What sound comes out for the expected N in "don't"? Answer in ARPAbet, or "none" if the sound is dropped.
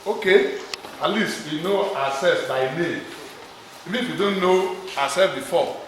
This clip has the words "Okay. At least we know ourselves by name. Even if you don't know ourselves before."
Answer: N